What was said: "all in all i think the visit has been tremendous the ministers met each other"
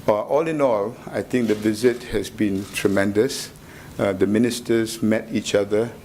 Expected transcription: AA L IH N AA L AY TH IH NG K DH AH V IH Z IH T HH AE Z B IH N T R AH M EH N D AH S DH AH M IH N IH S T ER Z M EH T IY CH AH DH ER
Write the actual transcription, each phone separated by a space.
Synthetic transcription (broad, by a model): AA L IH N AA L AY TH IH NG K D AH V IH Z IH T HH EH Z B IH N T R AH M EH N D AH S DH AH M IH N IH S T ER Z M EH T IY CH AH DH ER